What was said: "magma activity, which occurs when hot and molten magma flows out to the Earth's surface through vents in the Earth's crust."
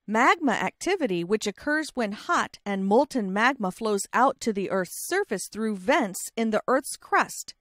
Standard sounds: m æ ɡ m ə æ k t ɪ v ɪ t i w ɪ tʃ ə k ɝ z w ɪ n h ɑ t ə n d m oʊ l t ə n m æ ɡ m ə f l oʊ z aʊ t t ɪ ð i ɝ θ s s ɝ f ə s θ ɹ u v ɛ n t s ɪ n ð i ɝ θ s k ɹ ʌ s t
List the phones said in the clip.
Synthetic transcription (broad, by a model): m æ ɡ m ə æ k t ɪ v ɪ t i w ɪ tʃ ə k ɝ z w ɪ n h ɑ t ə n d m oʊ l t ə n m æ ɡ m ə f l oʊ z aʊ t t ɪ ð i ɝ θ s s ɝ f ə s θ ɹ u v ɛ n t s ɪ n ð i ɝ θ s k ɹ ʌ s t